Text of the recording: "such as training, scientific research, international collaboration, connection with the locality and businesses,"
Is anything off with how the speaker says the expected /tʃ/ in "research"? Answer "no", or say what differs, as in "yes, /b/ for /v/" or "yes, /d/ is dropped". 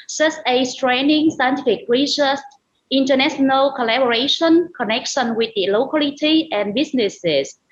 yes, /s/ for /tʃ/